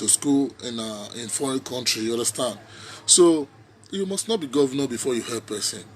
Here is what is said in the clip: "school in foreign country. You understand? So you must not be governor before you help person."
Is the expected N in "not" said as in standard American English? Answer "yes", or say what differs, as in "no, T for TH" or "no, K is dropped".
yes